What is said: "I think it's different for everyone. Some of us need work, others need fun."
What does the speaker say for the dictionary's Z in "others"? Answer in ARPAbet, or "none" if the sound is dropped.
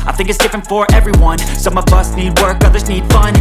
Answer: Z